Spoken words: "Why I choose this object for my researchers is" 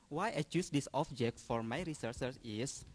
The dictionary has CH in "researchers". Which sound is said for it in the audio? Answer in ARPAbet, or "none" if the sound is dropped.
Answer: S